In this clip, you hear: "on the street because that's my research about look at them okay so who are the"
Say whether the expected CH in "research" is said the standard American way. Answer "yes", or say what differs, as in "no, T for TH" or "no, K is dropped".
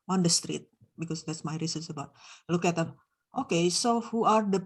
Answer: no, S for CH